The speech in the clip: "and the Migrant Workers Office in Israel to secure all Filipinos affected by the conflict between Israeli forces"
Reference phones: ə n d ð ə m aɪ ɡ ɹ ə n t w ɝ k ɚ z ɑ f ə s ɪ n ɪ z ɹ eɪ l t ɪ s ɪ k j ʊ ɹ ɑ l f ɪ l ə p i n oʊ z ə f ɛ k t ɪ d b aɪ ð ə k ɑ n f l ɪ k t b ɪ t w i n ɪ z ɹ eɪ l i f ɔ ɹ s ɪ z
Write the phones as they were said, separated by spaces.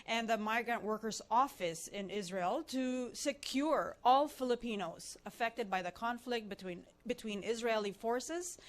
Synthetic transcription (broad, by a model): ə n ð ə m aɪ ɡ ɹ ə n t w ɝ k ɚ z ɑ f ə s ɪ n ɪ z ɹ eɪ l t ɪ s ɪ k j ʊ ɹ ɑ l f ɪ l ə p i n oʊ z ə f ɛ k t ɪ d b aɪ ð ə k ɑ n f l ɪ k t b ɪ t w i n ɪ z ɹ eɪ l i f ɔ ɹ s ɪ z